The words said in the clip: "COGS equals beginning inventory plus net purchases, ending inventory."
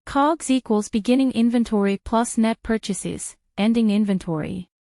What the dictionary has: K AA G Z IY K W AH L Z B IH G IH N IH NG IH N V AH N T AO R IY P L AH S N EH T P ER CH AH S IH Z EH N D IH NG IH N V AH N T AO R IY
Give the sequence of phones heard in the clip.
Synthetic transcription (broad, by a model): K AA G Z IY K W AH L Z B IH G IH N IH NG IH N V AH N T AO R IY P L AH S N EH T P ER CH AH S IH Z EH N D IH NG IH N V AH N T AO R IY